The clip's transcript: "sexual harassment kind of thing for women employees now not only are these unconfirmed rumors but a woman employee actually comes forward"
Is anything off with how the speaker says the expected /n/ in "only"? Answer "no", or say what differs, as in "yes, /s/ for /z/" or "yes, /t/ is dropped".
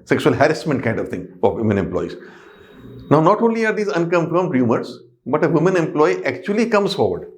no